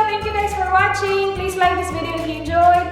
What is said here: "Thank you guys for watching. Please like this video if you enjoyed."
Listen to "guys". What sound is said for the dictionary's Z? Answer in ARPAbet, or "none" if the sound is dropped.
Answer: S